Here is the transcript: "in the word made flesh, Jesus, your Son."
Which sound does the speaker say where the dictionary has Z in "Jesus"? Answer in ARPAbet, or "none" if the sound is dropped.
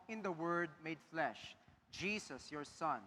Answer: S